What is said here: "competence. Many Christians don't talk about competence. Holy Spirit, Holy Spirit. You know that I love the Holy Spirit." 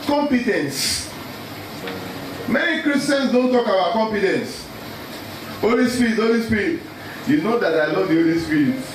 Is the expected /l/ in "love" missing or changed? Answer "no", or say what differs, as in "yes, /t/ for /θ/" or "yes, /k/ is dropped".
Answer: yes, /n/ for /l/